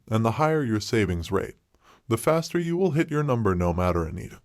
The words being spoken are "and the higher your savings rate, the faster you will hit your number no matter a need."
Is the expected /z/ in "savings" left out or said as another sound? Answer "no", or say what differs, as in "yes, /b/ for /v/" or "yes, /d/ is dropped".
no